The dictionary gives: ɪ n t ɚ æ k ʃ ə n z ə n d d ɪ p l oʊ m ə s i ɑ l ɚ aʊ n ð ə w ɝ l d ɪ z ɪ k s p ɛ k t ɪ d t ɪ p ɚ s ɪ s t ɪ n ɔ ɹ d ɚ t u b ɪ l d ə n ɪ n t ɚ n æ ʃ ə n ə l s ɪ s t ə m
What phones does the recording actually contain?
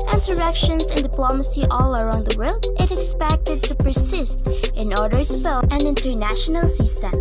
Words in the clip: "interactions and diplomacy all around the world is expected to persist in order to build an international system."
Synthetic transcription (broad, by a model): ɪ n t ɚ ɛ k ʃ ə n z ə n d d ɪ p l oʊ m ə s i ɑ l ɚ aʊ n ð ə w ɝ l d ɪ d ɪ k s p ɛ k t ɪ d t ɪ p ɚ s ɪ s t ɪ n ɔ ɹ d ɚ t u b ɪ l ə n ɪ n t ɚ n æ ʃ ə n ə l s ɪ s t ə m